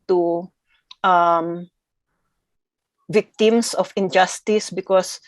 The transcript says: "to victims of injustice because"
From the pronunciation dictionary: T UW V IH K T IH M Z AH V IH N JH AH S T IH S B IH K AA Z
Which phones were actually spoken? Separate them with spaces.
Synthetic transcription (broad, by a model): T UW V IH K T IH M S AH F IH N JH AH S T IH S B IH K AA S